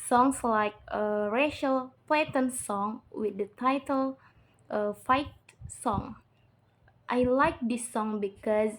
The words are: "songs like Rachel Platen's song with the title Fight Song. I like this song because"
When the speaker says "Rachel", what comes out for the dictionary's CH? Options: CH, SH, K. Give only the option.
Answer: SH